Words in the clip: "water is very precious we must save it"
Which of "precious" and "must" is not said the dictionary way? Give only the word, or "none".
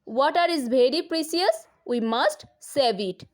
precious